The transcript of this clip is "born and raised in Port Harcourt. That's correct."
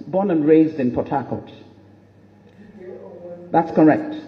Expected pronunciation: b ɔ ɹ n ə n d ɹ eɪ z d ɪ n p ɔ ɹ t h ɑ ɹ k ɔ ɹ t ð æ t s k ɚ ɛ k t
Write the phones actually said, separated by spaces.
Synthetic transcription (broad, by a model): b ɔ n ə n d ɹ eɪ z d ɪ n p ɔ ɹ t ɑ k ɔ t ð æ t s k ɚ ɛ k t